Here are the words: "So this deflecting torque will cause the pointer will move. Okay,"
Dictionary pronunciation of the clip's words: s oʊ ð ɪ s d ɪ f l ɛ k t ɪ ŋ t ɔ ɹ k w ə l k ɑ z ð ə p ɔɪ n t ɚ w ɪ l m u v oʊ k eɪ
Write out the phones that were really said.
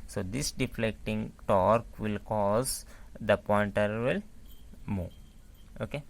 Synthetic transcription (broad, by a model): s oʊ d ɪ s d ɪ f l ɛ k t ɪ ŋ t ɔ ɹ k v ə l k ɑ z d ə p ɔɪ n t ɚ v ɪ l m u oʊ k eɪ